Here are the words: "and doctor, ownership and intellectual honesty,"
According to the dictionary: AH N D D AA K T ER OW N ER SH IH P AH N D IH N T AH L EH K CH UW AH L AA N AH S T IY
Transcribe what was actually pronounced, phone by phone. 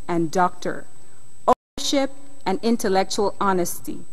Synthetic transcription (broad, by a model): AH N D D AA K T ER OW N ER SH IH P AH N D IH N T AH L EH K CH UW AH L AA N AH S T IY